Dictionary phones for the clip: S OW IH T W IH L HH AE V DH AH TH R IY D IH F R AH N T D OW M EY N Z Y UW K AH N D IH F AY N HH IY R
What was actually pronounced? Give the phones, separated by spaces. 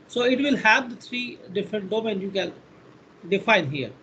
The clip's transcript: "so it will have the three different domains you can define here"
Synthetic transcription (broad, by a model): S OW IH T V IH L HH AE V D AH T R IY D IH F R AH N T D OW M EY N Y UW K AH N D IH F AY N HH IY R